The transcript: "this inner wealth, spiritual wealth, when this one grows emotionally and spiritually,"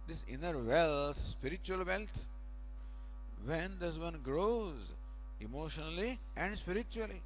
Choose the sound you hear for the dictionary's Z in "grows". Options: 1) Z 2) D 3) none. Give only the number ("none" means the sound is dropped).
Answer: 1